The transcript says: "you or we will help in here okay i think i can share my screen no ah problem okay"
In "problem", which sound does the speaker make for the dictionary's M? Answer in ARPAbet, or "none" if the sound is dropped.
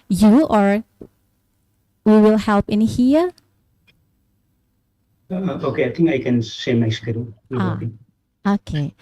none